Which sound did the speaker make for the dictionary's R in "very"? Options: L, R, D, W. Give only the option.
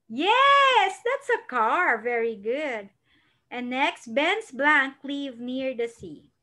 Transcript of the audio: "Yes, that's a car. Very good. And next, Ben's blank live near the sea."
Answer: R